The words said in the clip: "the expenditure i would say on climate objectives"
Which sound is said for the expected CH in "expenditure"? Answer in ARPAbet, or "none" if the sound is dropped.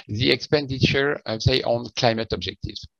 CH